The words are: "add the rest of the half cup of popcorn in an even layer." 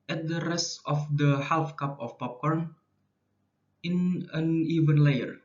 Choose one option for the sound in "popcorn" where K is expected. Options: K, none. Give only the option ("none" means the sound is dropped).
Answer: K